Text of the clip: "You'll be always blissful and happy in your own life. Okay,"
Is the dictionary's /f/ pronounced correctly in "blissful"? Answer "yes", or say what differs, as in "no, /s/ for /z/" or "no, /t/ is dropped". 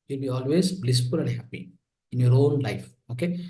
no, /p/ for /f/